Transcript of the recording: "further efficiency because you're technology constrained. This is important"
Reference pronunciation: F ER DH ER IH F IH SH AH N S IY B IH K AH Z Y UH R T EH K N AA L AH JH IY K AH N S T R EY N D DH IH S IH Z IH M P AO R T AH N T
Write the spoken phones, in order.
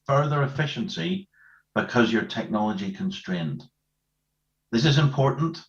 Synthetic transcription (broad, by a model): F ER DH ER IH F IH SH AH N S IY B IH K AH Z Y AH R T EH K N AA L AH JH IY K AH N S T R EY N D DH IH S IH Z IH M P AO R T N T